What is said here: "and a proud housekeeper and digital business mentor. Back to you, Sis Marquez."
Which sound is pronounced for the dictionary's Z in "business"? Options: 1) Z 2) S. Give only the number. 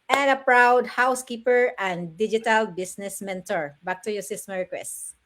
2